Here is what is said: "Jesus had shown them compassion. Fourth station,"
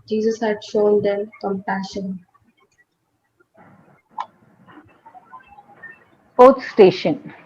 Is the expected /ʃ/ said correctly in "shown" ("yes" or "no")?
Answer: yes